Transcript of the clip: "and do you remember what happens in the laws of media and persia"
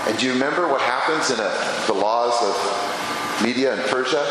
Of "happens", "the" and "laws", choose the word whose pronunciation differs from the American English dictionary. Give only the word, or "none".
none